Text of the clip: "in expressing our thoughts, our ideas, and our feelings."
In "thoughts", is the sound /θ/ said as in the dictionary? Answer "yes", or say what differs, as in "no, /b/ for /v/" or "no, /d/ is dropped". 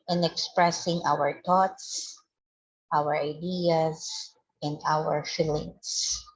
no, /t/ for /θ/